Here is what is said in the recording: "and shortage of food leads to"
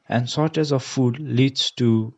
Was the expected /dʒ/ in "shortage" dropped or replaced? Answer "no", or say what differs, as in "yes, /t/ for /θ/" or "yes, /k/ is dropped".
yes, /z/ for /dʒ/